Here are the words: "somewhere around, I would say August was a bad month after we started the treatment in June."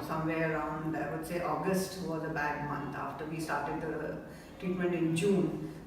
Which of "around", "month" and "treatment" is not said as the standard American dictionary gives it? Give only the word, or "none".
month